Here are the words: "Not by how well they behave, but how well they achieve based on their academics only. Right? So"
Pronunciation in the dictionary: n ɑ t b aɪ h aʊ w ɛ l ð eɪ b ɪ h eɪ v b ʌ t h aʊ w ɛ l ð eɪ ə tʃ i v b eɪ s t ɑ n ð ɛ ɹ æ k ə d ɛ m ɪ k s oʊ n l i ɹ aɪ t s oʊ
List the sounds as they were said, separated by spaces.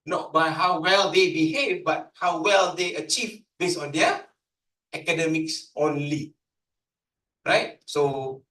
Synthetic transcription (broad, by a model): n ɑ t b aɪ h aʊ w ɛ l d eɪ b ɪ h eɪ v b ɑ t h aʊ w ɛ l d eɪ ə tʃ i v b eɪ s ɑ n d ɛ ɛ k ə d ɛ m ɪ k s oʊ n l i ɹ aɪ t s oʊ